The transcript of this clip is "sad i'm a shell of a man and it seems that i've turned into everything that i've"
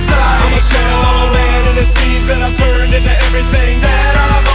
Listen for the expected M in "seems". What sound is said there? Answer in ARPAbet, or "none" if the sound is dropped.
none